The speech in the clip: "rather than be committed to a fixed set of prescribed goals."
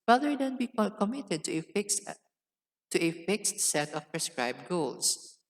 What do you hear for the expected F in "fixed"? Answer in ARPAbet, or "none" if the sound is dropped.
F